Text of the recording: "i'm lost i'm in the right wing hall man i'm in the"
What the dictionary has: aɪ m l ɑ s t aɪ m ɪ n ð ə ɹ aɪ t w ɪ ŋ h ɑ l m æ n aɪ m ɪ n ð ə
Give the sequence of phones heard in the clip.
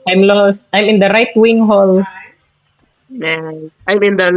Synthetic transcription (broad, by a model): aɪ m l ɑ s t aɪ m ɪ n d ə ɹ aɪ t w ɪ ŋ h ɑ l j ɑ aɪ m ɪ n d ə